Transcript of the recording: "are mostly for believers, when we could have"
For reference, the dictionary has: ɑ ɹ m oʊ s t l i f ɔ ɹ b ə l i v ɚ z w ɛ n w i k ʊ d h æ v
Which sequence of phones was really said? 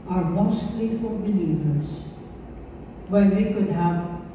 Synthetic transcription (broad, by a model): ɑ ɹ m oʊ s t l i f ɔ l b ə l i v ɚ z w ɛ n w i k ʊ d h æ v